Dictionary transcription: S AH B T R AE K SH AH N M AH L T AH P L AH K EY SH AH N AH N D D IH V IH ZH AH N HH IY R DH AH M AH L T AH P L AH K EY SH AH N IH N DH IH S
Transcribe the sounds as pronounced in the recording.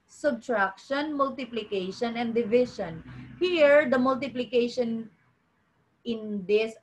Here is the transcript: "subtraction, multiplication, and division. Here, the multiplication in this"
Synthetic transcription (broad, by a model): S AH B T R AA K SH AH N M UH L T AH P L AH K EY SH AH N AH N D D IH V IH SH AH N HH IY R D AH M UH L T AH P L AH K EY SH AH N IH N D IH S